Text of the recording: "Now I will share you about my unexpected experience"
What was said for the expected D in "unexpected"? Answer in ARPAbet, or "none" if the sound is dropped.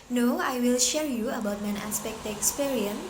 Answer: none